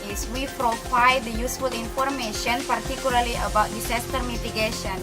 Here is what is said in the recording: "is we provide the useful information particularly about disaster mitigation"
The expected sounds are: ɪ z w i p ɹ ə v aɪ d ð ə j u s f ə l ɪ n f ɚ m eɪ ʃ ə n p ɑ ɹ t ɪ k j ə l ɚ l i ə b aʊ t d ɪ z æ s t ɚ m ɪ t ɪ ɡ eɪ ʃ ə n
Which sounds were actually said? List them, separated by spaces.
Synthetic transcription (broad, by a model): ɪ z w i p ɹ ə f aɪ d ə j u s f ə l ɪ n f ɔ m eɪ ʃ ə n p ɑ ɹ t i k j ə l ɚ l i ə b aʊ t d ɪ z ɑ s t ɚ m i t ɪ ɡ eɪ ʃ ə n